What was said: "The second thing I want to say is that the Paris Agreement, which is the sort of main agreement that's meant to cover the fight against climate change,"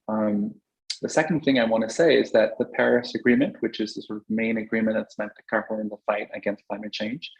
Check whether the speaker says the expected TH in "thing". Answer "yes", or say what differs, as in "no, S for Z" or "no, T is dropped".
yes